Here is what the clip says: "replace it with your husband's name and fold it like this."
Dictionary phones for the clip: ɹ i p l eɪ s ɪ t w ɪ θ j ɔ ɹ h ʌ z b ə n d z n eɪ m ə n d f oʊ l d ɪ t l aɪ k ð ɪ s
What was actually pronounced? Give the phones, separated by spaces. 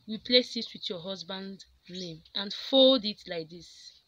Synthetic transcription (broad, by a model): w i p l eɪ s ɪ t w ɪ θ j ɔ h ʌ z b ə n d n eɪ m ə n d f oʊ l d ɪ t l aɪ k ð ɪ s